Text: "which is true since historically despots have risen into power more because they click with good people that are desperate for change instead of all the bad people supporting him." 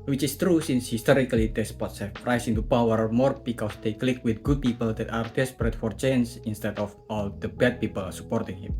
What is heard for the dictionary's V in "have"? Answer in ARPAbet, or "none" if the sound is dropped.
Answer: F